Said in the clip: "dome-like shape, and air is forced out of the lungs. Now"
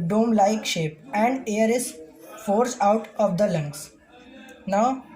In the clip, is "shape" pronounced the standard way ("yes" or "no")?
yes